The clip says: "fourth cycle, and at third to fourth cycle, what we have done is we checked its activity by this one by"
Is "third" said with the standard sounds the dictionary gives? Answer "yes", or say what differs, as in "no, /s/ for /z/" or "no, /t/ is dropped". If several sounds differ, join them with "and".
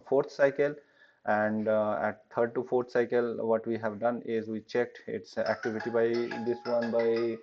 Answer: no, /t/ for /θ/